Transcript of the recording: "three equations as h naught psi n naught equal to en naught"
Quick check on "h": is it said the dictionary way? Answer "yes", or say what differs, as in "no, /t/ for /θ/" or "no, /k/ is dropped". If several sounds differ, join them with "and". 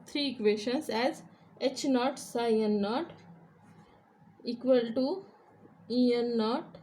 yes